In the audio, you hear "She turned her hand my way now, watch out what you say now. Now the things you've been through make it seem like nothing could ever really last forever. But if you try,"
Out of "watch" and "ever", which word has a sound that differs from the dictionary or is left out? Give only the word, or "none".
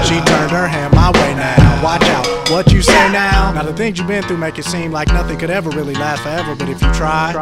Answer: none